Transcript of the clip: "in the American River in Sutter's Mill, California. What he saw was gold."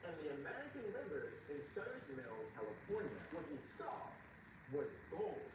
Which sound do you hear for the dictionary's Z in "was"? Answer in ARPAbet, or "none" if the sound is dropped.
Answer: Z